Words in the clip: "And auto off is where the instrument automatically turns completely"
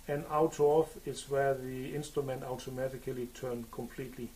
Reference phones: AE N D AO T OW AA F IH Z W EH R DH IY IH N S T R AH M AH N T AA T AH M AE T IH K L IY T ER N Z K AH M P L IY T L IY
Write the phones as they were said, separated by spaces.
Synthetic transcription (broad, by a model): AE N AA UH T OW AA F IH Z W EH DH IY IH N S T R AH M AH N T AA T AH M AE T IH K L IY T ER N K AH M P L IY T L IY